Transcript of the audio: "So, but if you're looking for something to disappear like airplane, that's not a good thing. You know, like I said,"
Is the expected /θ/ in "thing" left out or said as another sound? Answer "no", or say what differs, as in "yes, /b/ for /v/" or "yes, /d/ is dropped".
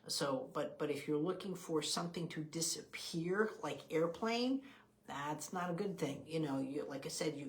no